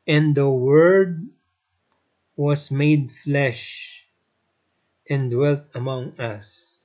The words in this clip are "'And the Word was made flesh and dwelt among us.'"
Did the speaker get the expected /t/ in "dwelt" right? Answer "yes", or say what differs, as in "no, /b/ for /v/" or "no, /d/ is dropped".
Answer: yes